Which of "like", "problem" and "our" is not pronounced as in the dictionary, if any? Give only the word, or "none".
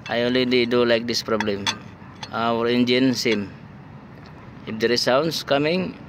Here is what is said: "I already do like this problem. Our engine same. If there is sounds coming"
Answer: none